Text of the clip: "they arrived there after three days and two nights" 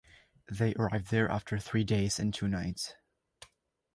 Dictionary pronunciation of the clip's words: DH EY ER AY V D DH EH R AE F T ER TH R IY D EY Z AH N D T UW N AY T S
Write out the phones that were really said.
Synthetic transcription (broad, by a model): DH EY ER AY V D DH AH R AE F T ER TH R IY D EY Z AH N T UW N AY T S